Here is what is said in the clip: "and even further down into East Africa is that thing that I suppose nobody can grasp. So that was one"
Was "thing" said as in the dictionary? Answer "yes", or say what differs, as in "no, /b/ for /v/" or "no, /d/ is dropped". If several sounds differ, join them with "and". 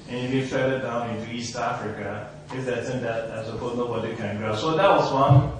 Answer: no, /s/ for /θ/